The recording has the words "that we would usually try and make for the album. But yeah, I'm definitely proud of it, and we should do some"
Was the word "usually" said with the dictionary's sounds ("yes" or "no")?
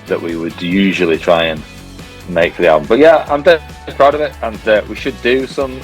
yes